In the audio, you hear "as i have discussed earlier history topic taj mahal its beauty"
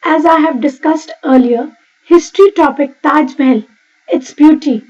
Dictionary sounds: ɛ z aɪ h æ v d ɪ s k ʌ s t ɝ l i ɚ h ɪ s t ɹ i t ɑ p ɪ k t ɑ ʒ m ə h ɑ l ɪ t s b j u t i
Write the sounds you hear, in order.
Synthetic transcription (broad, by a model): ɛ z aɪ h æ v d ɪ s k ʌ s t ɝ l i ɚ h ɪ s t ɹ i t ɑ p ɪ k t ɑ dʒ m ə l ɪ t s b j u t i